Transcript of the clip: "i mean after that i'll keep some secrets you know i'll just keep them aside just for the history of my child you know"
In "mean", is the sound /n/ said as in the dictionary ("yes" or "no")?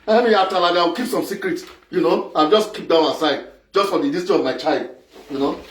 no